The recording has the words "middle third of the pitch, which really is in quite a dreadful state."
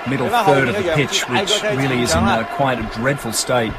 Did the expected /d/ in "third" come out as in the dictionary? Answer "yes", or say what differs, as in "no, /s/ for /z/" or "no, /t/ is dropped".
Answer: yes